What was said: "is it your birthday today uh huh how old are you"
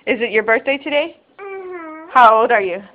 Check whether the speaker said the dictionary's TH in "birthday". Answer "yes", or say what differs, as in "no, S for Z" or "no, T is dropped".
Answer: yes